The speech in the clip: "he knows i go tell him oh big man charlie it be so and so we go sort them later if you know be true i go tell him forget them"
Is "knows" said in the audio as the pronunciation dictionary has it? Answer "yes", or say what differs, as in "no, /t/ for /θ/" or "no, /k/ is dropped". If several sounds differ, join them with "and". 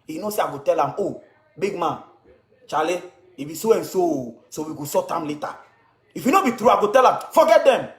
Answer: no, /s/ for /z/